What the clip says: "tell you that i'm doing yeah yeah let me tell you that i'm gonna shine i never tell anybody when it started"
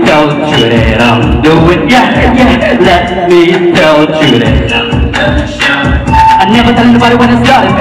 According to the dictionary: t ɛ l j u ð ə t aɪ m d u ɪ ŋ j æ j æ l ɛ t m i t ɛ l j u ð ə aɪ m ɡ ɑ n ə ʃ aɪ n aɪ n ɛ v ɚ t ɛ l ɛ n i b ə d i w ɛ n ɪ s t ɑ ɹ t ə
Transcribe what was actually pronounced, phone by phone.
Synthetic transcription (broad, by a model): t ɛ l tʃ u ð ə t aɪ m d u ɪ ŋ j æ j æ l ɛ t m i t ɛ l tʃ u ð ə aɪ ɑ ə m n n ɛ v ɚ t ɛ l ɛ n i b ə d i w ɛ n ɪ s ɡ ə